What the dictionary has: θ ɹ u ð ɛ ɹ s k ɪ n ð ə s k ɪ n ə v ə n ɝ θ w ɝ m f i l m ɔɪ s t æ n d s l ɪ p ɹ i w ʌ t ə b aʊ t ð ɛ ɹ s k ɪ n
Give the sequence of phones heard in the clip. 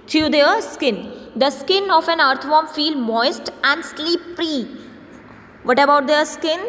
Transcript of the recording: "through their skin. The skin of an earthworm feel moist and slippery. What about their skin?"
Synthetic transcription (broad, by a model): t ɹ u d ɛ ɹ s k ɪ n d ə s k ɪ n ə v ə n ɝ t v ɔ m f i l m ɔɪ s t æ n d s l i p ɹ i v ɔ t ə b aʊ t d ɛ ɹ s k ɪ n